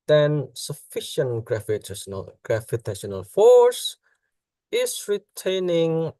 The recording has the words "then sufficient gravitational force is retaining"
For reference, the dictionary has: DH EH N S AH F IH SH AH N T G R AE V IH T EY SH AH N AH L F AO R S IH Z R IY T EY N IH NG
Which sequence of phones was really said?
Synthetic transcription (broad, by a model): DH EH N S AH F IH SH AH N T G R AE F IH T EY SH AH N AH L F AO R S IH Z R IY T EY N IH NG